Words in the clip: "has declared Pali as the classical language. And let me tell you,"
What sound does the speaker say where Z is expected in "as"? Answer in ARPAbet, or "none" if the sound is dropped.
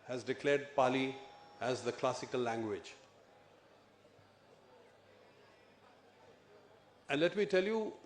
Z